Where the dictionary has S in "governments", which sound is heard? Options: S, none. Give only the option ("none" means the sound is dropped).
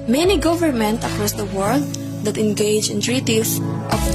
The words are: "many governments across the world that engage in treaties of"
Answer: none